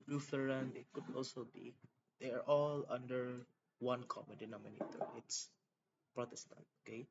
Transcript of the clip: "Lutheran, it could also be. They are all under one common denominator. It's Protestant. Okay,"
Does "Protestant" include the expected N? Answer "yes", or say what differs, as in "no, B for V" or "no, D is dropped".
yes